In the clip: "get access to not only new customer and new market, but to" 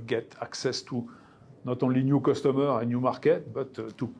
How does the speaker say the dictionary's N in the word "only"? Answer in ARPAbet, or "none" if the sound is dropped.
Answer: none